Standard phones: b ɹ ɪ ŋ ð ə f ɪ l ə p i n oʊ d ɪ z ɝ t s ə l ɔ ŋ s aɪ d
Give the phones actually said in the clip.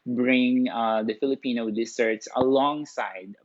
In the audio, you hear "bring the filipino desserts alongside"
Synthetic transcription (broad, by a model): b ɹ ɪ ŋ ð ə f ɪ l ə p i n oʊ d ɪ s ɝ t s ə l ɔ ŋ s aɪ d